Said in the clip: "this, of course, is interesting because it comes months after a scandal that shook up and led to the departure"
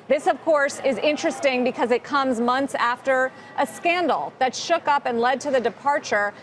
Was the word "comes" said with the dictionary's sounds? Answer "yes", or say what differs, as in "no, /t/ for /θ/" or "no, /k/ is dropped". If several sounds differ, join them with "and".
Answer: yes